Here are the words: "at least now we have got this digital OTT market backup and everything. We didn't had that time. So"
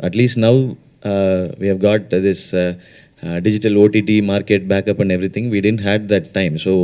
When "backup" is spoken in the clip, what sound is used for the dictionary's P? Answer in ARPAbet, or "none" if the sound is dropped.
P